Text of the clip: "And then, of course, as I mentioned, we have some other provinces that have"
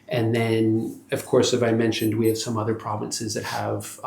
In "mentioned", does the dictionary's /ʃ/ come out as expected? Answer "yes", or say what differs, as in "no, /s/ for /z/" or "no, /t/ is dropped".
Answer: yes